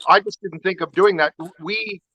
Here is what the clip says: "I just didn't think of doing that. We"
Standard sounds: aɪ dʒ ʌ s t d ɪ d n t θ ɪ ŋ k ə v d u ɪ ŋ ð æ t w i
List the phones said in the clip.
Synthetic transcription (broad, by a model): aɪ dʒ ʌ s d ɪ d n t θ ɪ ŋ k ə v d u ɪ ŋ ð æ t w i